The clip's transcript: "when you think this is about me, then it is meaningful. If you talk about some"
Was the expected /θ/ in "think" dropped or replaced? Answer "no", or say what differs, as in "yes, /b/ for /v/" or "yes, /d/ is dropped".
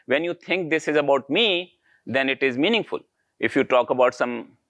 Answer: yes, /t/ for /θ/